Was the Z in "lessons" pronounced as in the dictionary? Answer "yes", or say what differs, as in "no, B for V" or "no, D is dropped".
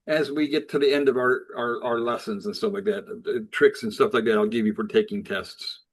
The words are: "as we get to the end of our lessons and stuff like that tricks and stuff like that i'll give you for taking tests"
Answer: yes